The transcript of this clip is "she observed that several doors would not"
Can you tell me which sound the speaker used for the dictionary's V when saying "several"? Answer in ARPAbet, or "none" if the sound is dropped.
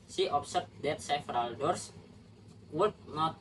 F